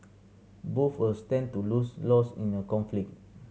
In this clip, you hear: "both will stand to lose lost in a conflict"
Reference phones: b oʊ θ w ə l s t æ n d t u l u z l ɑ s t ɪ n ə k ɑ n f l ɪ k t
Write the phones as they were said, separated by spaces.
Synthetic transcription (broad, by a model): b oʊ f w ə s t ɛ n t u l u s l ɑ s ɪ n ə k ɑ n f l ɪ k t